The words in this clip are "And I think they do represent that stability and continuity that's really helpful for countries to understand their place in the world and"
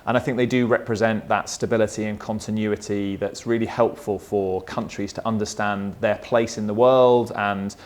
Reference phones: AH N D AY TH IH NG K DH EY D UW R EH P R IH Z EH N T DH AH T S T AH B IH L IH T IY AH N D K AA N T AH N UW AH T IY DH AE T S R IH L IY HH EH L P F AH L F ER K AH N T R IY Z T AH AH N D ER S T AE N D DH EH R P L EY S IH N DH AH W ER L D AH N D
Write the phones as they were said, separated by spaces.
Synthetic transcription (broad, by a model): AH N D AY TH IH NG K DH EY D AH R EH P R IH Z EH N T DH AH T S T AH B IH L IH T IY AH N K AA N T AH N UW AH T IY DH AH T S R IH L IY HH EH L P F AH L F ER K AH N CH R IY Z T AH AH N D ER S T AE N DH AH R P L EY S IH N DH AH W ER L D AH N